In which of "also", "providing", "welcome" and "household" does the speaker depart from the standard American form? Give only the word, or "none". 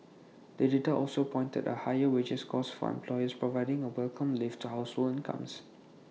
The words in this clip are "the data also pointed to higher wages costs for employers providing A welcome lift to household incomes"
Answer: household